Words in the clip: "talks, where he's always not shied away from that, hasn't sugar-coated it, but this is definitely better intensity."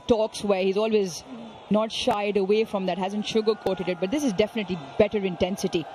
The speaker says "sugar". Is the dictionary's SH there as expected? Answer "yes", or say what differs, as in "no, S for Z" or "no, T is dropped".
yes